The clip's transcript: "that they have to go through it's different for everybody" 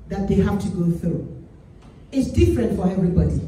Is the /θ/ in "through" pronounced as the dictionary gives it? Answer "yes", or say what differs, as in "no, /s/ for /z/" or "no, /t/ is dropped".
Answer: yes